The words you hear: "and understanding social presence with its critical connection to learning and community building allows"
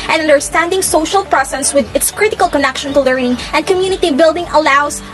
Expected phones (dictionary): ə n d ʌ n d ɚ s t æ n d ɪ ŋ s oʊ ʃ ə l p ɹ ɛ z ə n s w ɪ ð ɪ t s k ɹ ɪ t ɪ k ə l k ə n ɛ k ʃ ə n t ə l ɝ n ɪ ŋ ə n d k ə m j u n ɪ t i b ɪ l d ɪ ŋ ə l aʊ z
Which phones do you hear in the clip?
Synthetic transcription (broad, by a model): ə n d ʌ n d ɚ s t æ n d ɪ ŋ s oʊ ʃ ə l p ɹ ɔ s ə s w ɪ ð ɪ t s k ɹ ɪ t ɪ k ə l k ə n ɛ k ʃ ə n t ə l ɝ n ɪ ŋ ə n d k ə m j u n ɪ t i b ɪ l d ɪ ŋ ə l aʊ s